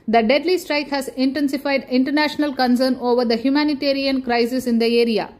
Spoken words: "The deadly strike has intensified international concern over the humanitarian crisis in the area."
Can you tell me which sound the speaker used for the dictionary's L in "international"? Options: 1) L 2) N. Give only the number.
1